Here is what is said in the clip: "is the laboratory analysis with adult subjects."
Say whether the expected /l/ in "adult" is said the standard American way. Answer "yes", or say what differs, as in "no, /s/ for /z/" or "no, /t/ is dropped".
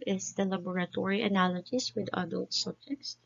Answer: yes